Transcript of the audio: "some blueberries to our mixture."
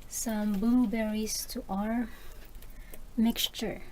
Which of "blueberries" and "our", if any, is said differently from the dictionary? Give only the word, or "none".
blueberries